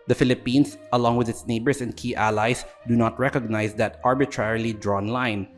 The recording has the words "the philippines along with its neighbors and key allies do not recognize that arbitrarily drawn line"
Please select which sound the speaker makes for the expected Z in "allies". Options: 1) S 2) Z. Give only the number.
1